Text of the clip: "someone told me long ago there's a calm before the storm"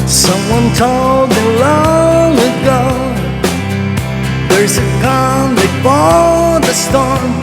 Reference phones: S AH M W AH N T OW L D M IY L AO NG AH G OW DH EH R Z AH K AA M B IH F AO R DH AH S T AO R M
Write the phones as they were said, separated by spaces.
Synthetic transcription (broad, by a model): S AH M W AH N T OW L D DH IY L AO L AH G OW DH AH R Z AH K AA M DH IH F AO L DH AH S T AO R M